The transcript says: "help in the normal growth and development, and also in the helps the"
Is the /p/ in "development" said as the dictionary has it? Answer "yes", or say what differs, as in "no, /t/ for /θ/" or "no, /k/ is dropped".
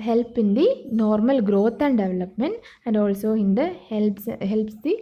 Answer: yes